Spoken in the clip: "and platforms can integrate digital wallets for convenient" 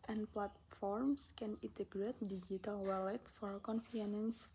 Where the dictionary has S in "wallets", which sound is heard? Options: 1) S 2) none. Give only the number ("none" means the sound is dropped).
2